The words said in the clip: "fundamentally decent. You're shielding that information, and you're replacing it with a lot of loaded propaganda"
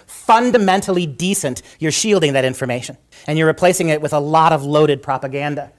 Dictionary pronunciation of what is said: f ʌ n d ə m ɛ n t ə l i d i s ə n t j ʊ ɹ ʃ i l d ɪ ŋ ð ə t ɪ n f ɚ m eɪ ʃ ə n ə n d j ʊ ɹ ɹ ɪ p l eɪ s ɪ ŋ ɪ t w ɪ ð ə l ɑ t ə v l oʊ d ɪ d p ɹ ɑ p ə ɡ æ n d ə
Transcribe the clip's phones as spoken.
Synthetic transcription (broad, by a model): f ʌ n d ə m ɛ n t l i d i s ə n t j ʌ ɹ ʃ i l d ɪ ŋ ð ə t ɪ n f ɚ m eɪ ʃ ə n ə n j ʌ ɹ ɹ ɪ p l eɪ s ɪ ŋ ɪ t w ɪ ð ə l ɑ t ə v l oʊ d ɪ d p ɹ ɑ p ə ɡ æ n d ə